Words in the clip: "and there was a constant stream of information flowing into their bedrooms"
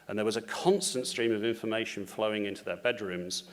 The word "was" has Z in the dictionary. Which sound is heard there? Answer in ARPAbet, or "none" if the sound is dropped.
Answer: Z